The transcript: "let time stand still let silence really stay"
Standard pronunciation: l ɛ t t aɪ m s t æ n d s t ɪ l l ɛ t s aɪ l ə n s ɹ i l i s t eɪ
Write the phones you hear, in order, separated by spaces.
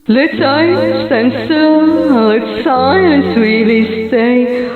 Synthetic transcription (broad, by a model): l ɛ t s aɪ s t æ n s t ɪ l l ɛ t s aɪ n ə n s w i l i s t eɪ